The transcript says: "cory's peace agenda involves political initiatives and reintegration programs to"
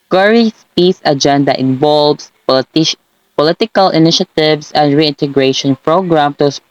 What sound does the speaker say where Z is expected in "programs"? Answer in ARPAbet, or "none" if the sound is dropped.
none